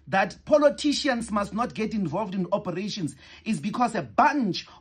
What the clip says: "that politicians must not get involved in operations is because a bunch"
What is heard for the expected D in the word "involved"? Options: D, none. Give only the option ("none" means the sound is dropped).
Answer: D